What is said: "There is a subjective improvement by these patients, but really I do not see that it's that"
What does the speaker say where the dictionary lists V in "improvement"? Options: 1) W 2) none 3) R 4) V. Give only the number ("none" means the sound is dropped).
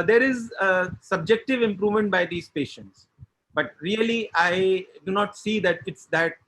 4